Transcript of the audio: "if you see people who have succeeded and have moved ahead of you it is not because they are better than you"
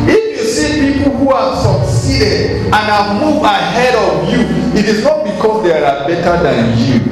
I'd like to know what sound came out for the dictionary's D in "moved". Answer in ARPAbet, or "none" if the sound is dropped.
none